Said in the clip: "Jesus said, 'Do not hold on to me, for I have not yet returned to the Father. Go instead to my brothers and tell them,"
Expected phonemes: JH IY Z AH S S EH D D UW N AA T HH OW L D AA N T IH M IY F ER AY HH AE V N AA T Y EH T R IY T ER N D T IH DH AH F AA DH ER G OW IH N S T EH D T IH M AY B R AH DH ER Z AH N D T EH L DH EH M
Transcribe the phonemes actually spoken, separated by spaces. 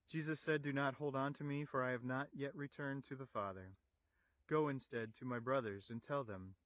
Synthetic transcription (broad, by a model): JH IY Z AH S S EH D D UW N AA T HH OW L D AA N T IH M IY F ER AY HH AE V N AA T Y EH T R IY T ER N T IH DH AH F AA DH ER G OW IH N S T EH D T IH M AY B R AH DH ER Z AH N T EH L DH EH M